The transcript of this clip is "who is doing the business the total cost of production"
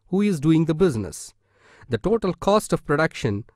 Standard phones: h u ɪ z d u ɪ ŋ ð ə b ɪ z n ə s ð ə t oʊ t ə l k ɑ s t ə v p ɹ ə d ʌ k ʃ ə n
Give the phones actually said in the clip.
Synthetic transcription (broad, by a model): h u ɪ z d u ɪ ŋ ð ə b ɪ z n ə s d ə t oʊ t ə l k ɑ s t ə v p ɹ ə d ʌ k ʃ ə n